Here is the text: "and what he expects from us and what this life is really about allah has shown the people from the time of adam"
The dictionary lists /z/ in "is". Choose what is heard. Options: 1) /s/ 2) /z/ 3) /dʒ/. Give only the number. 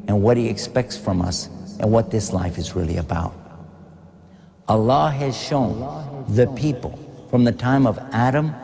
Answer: 2